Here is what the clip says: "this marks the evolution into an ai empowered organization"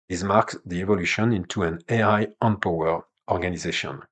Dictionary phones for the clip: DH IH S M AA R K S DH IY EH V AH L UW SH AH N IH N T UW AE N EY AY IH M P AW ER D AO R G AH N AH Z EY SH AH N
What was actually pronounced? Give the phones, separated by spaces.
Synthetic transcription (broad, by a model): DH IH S M AA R K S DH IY EH V AH L UW SH AH N IH N T UW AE N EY AY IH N P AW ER AO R G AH N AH Z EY SH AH N